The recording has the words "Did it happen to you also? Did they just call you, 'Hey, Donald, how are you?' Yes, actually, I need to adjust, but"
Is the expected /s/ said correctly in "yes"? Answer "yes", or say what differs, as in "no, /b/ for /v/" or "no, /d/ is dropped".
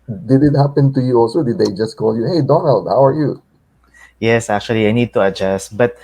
yes